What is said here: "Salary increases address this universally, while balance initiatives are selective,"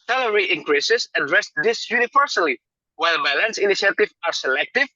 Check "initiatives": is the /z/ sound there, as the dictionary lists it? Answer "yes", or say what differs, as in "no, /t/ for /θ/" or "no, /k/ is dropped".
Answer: no, /z/ is dropped